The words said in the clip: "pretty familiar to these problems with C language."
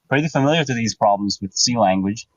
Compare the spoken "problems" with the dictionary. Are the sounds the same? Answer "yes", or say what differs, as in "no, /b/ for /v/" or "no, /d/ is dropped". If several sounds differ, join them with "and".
yes